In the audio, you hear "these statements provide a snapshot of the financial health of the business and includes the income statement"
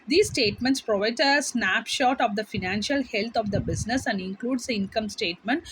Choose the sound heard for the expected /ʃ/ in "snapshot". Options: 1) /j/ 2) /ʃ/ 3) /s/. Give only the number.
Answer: 2